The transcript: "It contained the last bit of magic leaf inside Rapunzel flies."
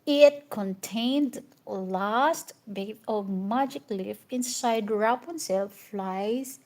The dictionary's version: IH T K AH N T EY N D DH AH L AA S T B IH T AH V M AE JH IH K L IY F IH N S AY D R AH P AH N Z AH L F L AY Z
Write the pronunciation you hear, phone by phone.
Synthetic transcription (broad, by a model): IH T K AH N T EY N D L AA S T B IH AH V M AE JH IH K L IY F IH N S AY D R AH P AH N S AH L F L AY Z